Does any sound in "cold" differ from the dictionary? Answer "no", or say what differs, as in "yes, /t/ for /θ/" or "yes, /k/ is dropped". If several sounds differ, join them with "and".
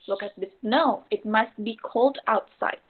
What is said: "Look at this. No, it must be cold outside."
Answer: no